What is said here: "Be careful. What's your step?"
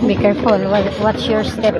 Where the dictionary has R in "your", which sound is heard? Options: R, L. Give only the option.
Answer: R